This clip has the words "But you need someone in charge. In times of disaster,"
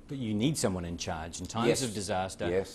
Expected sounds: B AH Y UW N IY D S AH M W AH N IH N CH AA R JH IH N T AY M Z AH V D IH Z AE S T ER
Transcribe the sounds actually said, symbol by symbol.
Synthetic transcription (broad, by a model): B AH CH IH N IY D S AH M W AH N IH N CH AA R JH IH N T AY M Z AH V D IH Z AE S T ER